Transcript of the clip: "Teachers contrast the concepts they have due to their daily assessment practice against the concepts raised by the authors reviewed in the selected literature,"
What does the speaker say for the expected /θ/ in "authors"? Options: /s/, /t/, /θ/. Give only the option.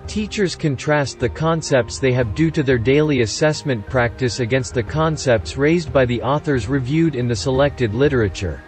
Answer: /θ/